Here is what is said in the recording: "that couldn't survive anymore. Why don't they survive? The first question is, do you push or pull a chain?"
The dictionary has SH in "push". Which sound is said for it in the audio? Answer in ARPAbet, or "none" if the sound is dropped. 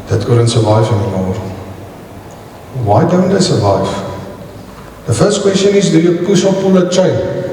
S